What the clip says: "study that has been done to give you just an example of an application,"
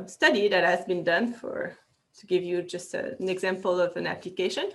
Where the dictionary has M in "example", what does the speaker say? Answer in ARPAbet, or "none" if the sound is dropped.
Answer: M